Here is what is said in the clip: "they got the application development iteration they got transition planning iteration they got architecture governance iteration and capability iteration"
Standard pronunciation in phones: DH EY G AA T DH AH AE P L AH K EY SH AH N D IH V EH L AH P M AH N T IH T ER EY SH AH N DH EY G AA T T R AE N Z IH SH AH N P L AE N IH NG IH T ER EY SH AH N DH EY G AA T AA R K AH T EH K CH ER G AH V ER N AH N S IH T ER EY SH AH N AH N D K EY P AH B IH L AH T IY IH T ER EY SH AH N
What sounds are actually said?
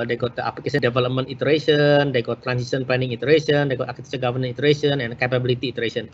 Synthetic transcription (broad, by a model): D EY G AA T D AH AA P L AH K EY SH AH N D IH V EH L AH P M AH N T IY T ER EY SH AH N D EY G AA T T R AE N S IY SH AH N P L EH N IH NG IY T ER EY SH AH N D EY G AA T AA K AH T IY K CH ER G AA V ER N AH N IY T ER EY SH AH N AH N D K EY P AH B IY L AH T IY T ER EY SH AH N